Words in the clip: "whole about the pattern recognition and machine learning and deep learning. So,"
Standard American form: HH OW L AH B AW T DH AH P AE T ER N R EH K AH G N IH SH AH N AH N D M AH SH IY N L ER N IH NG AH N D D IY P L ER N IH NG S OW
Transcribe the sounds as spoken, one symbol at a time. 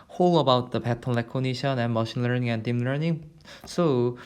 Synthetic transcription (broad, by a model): HH OW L AH B AW T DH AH P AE T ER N L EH K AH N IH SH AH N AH N M AH SH IY N L ER N IH NG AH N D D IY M L ER N IH NG S OW